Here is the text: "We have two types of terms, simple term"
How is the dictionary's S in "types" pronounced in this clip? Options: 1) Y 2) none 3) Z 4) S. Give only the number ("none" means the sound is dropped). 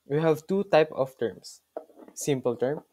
2